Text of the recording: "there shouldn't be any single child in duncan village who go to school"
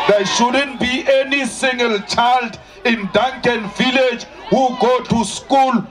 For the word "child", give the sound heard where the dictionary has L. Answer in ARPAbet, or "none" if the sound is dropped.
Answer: L